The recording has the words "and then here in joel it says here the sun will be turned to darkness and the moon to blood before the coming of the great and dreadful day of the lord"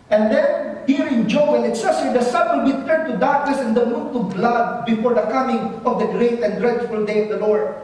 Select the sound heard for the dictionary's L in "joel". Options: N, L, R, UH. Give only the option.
N